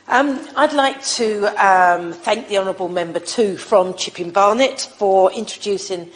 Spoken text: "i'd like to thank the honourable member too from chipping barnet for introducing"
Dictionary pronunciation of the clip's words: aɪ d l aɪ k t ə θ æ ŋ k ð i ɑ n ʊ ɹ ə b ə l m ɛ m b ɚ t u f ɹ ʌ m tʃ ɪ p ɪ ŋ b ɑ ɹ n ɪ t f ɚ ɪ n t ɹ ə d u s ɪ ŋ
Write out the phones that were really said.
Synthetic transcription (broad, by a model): aɪ d l aɪ k t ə θ æ ŋ k ð i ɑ n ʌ ɹ ə b ə l m ɛ m b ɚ t u f ɹ ʌ m tʃ ɪ p ɪ ŋ b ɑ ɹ n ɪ t f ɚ ɪ n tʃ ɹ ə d u s ɪ ŋ